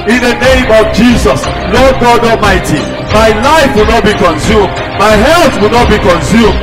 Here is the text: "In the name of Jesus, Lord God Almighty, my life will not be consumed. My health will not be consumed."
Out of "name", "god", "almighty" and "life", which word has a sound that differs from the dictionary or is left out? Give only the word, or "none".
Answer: almighty